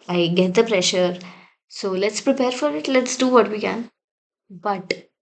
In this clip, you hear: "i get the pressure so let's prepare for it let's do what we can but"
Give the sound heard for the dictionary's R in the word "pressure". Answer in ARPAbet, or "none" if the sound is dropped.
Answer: R